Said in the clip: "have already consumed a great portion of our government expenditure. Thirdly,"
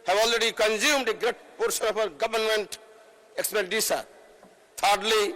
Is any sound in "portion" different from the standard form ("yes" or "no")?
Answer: yes